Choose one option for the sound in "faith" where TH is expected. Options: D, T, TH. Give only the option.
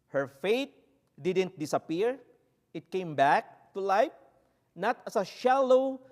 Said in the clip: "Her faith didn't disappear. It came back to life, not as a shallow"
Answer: T